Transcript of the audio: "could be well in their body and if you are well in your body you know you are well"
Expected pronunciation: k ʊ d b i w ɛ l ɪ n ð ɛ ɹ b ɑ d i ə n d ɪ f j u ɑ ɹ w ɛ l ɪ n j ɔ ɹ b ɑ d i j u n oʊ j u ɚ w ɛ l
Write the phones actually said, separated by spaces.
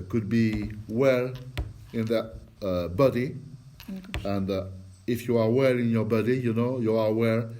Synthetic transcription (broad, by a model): k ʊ d b i w ɛ l ɪ n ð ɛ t b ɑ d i ə n d ɪ f j u ɑ ɹ w ɛ l ɪ n j ɔ ɹ b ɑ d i j u n oʊ j u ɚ w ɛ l